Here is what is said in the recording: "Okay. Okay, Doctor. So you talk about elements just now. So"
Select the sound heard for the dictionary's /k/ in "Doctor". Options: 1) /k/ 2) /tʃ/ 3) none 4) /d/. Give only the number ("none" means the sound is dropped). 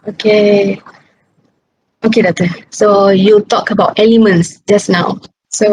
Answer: 3